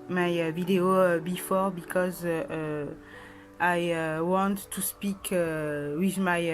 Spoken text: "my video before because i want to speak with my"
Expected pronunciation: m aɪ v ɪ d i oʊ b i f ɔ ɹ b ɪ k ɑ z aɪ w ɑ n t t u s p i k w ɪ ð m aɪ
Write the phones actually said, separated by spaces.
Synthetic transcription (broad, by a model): m aɪ v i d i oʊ b i f ɔ ɹ b ɪ k ɑ z aɪ w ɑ n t t u s p i k w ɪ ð m aɪ